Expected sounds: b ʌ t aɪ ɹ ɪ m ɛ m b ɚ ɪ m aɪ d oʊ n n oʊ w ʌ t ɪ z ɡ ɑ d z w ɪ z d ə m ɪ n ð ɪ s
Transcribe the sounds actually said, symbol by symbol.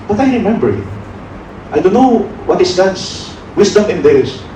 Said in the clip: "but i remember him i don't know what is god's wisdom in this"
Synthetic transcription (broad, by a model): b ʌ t aɪ ɹ ɪ m ɛ m b ɚ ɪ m aɪ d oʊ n n oʊ w ʌ t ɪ s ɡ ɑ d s w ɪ s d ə m ɪ n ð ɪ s